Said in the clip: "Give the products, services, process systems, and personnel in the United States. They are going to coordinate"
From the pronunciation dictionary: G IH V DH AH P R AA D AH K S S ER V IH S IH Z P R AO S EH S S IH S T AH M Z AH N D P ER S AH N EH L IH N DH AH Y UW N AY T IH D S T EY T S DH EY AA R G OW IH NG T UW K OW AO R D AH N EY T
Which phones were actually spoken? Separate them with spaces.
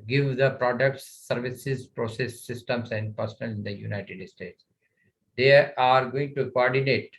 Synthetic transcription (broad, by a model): G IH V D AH P R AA D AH K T S ER V IH S IH Z P R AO S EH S S IH S T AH M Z AH N D P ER S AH N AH L IH N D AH Y UW N AY T IH D S T EY T S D EY AA R G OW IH NG T UW K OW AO R D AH N EY T